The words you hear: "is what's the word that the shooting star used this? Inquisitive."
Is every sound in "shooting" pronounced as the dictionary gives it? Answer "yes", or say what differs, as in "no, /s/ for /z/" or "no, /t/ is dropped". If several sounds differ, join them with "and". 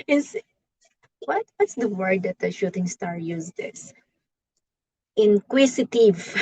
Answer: yes